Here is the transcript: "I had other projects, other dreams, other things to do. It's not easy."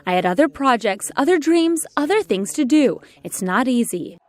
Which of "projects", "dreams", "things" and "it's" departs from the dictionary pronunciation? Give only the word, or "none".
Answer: none